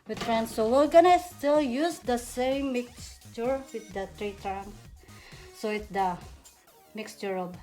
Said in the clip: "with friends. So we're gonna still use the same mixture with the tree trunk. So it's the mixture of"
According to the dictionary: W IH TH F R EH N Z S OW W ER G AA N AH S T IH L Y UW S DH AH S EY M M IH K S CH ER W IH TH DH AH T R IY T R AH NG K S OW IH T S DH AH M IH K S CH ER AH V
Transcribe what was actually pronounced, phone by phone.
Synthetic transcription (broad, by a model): W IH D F R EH N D S OW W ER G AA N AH S T IH L Y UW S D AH S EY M M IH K S CH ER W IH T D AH T R IY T R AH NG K S OW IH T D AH M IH K S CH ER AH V